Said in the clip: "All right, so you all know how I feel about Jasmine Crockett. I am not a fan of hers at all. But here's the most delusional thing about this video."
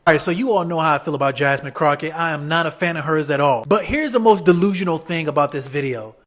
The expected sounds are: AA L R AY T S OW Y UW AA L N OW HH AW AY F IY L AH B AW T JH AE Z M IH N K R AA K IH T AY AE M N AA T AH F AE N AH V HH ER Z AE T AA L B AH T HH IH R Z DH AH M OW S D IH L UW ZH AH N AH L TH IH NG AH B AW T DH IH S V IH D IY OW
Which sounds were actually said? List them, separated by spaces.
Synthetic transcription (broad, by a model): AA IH T S OW Y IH AA L N OW HH AW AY F IY L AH B AW T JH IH S M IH K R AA K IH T AY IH M N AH T AH F AE N AH V HH ER Z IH T AA L B AH T HH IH R Z DH AH M OW S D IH L UW ZH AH N L TH IH NG AH B AW T DH IH S V IH D IY OW